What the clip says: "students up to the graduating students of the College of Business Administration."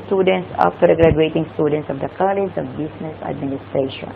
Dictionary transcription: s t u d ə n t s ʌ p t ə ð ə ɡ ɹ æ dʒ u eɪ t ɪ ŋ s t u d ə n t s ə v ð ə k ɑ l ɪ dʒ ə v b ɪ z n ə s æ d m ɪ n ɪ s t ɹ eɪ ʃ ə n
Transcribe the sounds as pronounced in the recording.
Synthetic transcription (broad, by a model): s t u d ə n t s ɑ f t ə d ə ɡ ɹ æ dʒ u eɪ t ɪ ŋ s t u d ə n t s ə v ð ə k ɑ l ɪ dʒ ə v b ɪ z n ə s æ d m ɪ n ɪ s t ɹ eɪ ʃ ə n